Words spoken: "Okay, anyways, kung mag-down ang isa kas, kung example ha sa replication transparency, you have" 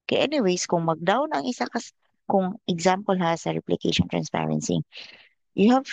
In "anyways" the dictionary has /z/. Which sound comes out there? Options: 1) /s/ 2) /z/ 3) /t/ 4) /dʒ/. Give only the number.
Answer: 1